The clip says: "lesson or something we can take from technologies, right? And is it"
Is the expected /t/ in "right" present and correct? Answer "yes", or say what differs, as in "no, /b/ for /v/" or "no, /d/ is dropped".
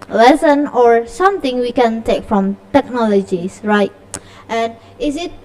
yes